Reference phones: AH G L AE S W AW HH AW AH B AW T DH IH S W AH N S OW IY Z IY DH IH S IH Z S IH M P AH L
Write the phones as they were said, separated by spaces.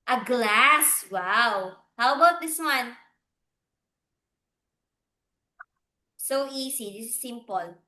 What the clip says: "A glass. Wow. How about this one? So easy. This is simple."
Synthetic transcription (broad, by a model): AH G L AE S W AW HH AW AH B AW T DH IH S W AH N S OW IY S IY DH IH S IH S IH M P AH L